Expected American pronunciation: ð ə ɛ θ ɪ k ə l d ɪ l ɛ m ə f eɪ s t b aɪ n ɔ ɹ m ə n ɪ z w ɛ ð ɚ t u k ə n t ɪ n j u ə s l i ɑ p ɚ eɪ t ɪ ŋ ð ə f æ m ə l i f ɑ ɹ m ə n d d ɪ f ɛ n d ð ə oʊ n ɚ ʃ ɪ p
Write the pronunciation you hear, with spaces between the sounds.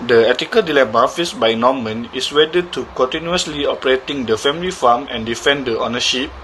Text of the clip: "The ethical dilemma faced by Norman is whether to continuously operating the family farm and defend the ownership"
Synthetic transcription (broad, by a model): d ə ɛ t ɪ k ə l d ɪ l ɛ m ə f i s b aɪ n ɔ m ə n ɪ s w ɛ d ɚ t u k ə n t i n j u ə s l i ɑ p ɚ eɪ t ɪ ŋ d ə f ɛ m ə l i f ɑ m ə n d d ɪ f ɛ n d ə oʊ n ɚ ʃ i p